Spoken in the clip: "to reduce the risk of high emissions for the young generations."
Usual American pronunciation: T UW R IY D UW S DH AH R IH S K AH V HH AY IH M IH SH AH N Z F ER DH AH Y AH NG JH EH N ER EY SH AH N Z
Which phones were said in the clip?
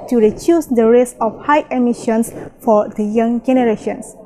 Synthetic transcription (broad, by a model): T UW R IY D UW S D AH R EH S AH F HH AY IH M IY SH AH N S F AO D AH Y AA NG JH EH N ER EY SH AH N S